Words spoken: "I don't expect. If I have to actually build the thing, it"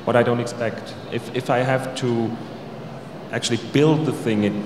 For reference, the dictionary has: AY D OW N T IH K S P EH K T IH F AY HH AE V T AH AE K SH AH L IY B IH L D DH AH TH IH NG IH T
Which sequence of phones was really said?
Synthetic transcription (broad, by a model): AY D OW N T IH K S P EH K T IH F AY HH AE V T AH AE K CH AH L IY B IH L D DH AH TH IH NG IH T